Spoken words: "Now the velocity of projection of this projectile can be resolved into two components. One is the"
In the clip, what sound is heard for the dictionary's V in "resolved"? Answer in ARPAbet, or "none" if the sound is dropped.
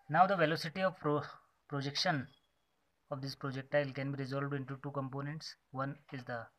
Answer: V